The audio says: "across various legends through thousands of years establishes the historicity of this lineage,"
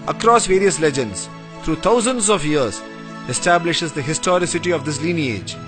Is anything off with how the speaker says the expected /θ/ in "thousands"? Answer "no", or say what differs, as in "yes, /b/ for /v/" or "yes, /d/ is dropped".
yes, /t/ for /θ/